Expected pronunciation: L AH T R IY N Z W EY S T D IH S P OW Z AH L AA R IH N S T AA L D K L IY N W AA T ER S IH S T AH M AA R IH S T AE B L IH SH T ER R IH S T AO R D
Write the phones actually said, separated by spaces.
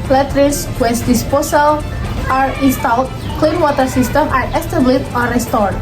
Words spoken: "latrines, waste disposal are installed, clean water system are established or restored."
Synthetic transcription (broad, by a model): L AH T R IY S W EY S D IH S P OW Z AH L AA R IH N S T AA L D K L IY N W AA T ER S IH S T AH M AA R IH S T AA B L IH T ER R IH S T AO R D